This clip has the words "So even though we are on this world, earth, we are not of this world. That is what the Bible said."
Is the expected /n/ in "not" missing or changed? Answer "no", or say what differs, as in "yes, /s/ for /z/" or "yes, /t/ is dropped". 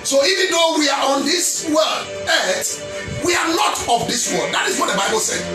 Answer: yes, /l/ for /n/